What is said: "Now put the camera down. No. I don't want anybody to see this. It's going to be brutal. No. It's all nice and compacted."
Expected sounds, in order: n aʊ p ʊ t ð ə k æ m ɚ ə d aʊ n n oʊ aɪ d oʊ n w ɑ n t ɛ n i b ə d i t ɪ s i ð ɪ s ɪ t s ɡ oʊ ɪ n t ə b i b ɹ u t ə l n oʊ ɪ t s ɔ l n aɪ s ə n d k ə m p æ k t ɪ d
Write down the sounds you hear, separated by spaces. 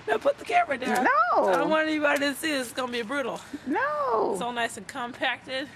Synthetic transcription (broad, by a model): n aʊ p ʊ t ð ə k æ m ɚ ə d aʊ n n oʊ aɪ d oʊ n w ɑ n ɛ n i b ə d i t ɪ s i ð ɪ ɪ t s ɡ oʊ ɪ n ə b i b ɹ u t l n oʊ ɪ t s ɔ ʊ n aɪ s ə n k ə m p æ k t ɪ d